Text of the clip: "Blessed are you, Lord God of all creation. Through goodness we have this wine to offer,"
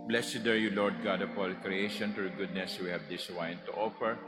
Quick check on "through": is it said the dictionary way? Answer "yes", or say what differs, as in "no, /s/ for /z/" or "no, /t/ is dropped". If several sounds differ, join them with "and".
no, /t/ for /θ/